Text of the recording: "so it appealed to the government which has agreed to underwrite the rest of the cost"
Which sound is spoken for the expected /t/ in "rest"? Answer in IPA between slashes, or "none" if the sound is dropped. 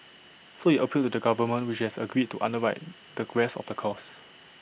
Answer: none